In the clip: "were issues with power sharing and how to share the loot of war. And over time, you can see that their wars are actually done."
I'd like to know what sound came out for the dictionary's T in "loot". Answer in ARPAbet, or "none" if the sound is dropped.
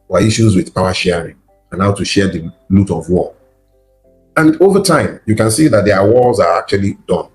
T